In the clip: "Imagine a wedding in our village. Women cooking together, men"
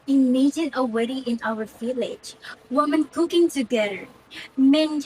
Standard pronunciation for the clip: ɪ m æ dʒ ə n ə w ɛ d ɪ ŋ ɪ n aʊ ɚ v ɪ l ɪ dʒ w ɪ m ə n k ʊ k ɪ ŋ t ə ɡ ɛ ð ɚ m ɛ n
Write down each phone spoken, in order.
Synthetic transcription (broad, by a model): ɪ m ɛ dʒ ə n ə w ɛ d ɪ ɪ n aʊ ɚ f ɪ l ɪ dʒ w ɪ m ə n k ʊ k ɪ ŋ t ə ɡ ɛ ð ɚ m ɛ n